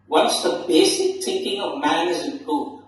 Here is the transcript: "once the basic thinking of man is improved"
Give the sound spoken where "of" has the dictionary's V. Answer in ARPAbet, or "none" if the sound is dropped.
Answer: V